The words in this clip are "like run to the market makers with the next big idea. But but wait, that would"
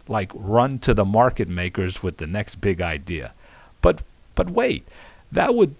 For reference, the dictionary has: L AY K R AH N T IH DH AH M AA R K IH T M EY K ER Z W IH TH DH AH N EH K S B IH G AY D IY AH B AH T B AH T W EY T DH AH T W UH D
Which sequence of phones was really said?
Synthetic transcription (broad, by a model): L AY K R AH N T IH DH AH M AA R K IH T M EY K ER Z W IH DH AH N EH K S B IH G AY D IY AH B AH T B AH T W EY T DH AH T W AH D